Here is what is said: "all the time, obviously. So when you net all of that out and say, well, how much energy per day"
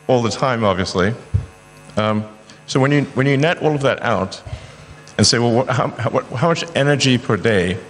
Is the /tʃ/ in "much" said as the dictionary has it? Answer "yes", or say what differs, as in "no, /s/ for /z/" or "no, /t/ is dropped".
yes